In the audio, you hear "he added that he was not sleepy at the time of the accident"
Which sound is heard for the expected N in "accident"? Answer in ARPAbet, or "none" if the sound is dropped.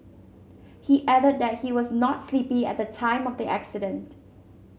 N